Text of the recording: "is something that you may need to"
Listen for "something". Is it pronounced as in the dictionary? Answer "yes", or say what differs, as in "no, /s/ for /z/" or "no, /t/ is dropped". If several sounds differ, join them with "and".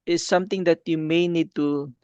no, /t/ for /θ/